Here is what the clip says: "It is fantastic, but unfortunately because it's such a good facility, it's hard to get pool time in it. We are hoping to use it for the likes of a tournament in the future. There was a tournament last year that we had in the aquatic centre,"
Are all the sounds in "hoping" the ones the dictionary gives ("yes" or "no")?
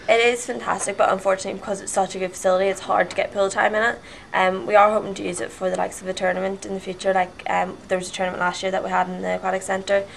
yes